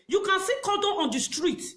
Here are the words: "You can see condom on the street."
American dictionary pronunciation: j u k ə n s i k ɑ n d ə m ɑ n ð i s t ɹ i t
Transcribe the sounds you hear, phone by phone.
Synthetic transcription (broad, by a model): j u k ə n s i k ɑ d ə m ɑ n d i s t ɹ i t